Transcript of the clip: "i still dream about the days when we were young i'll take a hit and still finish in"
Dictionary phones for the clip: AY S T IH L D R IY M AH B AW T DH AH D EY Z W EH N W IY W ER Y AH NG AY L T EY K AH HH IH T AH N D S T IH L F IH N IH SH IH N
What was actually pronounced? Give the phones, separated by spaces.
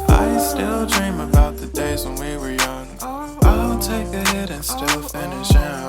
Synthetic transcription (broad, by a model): AY S T IH L D R IY M AH B AW T DH AH D EY Z W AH N W IY W ER Y AH NG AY N T EY K AH HH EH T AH N S T IH L F IH N IH SH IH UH